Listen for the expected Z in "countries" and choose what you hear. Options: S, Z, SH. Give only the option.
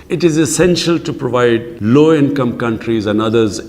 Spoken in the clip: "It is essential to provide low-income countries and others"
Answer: Z